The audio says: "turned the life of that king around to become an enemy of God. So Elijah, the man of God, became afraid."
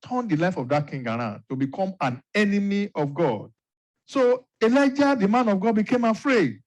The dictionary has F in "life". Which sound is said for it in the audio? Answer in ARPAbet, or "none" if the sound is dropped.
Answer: F